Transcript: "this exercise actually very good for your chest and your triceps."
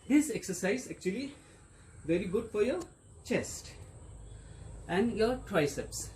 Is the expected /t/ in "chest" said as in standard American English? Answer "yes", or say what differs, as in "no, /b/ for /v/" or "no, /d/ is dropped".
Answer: yes